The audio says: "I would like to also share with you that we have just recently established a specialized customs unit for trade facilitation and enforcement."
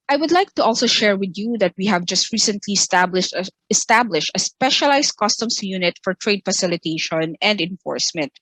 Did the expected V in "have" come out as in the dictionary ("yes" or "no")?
yes